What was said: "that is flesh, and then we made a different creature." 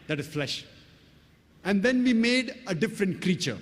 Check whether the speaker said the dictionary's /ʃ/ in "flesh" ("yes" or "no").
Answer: yes